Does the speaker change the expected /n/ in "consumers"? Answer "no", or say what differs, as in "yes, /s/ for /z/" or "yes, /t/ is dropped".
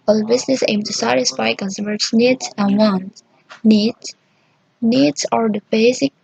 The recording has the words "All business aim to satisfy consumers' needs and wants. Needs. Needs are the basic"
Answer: yes, /l/ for /n/